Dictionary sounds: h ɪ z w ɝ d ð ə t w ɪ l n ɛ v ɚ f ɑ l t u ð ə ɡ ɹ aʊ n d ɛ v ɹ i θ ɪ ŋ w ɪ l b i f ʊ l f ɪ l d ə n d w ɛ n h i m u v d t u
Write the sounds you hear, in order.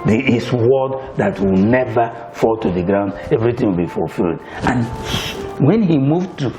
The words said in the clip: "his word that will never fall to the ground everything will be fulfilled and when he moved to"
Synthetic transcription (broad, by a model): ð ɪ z w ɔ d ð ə t w ɪ l n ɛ v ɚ f ɑ l t u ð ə ɡ ɹ aʊ n d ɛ v ɹ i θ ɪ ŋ w ɪ l b i f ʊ l f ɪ l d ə n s w ɛ n h i m u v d t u